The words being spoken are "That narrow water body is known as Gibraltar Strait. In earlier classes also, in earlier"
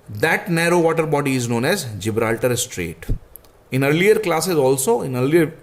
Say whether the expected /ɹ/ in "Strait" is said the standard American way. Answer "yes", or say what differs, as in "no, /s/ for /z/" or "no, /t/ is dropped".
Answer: yes